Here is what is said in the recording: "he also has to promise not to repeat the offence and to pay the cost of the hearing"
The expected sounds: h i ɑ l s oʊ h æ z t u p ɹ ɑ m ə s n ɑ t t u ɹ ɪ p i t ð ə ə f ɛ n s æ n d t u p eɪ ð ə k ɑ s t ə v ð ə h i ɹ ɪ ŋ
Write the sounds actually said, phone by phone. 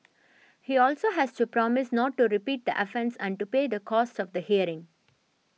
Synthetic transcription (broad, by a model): h i ɑ l s oʊ h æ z t u p ɹ ɑ m ə s n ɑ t t u ɹ ɪ p i t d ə ə f ɛ n s æ n d t u p eɪ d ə k ɑ s t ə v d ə h i ɹ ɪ ŋ